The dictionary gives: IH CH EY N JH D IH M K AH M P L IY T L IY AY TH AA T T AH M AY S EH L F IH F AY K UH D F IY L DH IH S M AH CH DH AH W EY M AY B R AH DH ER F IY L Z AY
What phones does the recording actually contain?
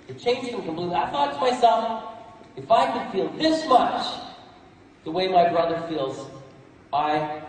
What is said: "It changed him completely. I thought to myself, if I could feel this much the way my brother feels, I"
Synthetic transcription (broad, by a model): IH CH EY N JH IH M K AH M P L IY T L IY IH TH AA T T AH M AY S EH L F IH F AY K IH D F IY L DH IH S M AH CH DH AH W EY M AY B R AH DH ER F IY L Z AY